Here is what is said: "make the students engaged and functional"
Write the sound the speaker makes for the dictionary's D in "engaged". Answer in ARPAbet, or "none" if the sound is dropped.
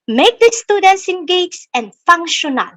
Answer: none